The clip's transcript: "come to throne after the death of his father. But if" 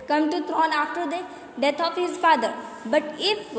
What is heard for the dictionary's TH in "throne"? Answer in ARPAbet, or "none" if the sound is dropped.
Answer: T